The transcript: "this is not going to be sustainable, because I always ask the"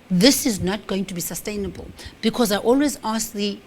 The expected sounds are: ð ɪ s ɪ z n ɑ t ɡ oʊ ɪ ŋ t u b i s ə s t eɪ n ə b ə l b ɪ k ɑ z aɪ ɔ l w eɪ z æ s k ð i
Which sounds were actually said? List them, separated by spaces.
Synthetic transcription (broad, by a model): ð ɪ s ɪ z n ɑ t ɡ oʊ ɪ ŋ t u b i s ə s t eɪ n ə b ə l b ɪ k ɑ z aɪ ɔ l w eɪ z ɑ s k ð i